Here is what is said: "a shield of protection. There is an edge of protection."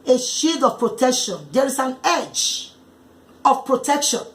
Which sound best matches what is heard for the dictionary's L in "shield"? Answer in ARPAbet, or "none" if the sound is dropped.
none